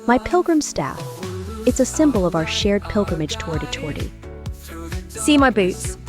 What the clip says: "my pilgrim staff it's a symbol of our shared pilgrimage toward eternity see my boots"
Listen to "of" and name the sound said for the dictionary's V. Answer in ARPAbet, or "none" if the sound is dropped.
V